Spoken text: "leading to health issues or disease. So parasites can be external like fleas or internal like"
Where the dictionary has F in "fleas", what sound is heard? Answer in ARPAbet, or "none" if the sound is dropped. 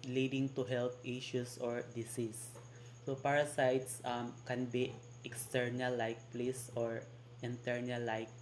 P